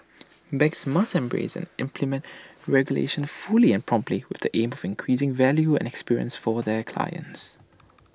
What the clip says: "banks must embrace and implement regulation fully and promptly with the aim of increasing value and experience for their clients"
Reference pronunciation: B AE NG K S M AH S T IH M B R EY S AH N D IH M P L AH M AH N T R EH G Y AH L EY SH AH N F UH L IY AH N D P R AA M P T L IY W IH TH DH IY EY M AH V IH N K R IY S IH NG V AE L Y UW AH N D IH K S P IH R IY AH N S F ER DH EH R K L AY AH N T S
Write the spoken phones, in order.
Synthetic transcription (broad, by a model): B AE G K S M AH S T IH M B R EY S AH N IH M P L AH M AH N T R EH G Y AH L EY SH AH N F UH L IY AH N P R AA M P T L IY W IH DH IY EY M AH V IH N K R IY S IH NG V AE L Y UW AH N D IH K S P IH R IY AH N S F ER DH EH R K L AY AH N T S